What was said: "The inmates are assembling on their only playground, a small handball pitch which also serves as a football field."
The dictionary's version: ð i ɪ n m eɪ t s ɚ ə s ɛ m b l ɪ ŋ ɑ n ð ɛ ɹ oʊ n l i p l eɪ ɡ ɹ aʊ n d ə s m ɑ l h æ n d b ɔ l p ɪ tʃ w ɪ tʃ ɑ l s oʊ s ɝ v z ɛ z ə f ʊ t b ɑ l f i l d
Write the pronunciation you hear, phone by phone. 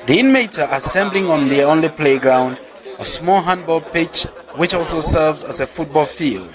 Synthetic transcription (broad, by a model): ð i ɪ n m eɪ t ɚ ə s ɛ m b l ɪ ŋ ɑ n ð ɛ oʊ n l i p l eɪ ɡ ɹ aʊ n d ə s m ɑ l h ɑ n b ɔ l p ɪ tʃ w ɪ tʃ ɑ l s oʊ s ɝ v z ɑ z ə f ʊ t b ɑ l f i l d